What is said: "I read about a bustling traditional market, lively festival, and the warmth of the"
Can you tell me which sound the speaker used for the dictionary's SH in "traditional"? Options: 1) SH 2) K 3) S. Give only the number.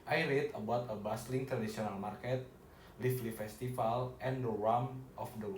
3